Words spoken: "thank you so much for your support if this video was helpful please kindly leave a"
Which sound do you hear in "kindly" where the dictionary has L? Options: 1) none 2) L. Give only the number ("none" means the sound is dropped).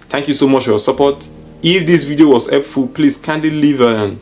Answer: 1